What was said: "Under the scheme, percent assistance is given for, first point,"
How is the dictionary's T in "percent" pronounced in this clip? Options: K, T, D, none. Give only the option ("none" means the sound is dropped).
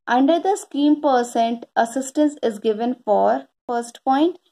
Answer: T